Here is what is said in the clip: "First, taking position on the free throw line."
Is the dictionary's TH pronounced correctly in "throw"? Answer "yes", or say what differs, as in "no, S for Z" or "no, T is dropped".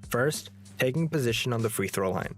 yes